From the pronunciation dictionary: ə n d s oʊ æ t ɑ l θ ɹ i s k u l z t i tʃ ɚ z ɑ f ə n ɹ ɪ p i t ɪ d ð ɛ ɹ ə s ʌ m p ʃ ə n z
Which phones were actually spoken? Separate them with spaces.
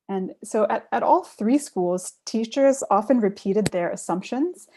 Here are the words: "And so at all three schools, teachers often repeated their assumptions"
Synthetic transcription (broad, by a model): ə n s oʊ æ t ɑ l θ ɹ i s k u l z t i tʃ ɚ z ɑ f ə n ɹ ɪ p i t ɪ d ð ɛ ɹ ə s ʌ m p ʃ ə n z